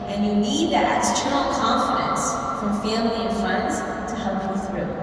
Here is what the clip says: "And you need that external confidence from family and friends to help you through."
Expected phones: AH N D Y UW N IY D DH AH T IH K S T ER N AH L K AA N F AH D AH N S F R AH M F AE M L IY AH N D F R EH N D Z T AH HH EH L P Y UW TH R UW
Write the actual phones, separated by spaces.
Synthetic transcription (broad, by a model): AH N Y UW N IY D DH AH T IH S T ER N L K AA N F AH D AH N S F R AH M F AE M L IY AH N F AH N D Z T AH HH EH L P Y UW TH R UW